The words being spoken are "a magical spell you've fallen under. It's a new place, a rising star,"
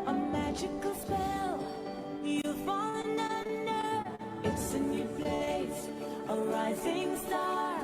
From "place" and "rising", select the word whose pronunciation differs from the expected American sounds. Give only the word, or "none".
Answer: none